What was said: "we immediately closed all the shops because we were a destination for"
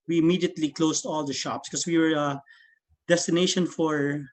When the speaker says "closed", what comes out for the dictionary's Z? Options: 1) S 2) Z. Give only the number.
1